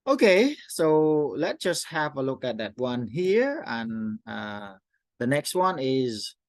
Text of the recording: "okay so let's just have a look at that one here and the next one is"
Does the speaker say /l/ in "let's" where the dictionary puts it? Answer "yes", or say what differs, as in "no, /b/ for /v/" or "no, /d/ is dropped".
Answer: yes